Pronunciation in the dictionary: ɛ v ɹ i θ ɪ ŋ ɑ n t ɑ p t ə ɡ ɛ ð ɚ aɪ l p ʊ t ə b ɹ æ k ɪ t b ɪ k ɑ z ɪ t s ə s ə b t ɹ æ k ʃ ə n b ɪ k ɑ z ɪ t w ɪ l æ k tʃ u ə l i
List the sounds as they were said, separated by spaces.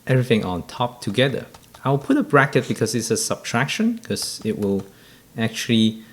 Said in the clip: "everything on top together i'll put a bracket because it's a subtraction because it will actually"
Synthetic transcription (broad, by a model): ɛ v ɹ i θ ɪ ŋ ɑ n t ɑ p t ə ɡ ɛ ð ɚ aɪ w p ʊ t ə b ɹ æ k ɪ t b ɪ k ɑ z ɪ t s ə s ə b t ɹ æ k ʃ ə n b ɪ k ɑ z ɪ t w ɪ l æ k tʃ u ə l i